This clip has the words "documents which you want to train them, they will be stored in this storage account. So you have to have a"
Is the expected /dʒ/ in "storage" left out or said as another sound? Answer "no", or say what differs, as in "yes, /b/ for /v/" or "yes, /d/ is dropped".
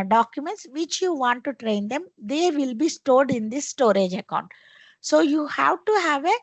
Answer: no